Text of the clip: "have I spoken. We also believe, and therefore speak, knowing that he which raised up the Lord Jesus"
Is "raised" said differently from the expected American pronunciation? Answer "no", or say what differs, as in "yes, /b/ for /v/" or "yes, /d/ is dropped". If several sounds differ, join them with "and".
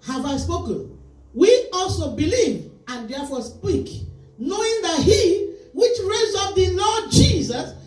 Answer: yes, /d/ is dropped